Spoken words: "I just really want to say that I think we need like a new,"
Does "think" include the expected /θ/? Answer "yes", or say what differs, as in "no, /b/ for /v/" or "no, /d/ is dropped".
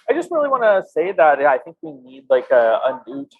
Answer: yes